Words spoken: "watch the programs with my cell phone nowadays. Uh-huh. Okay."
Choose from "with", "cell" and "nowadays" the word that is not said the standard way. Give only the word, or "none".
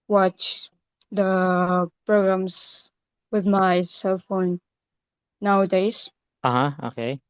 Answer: none